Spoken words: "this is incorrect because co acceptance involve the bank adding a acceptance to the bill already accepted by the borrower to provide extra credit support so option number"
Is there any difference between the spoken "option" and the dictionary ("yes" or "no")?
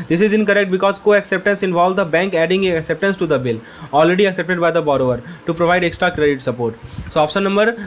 yes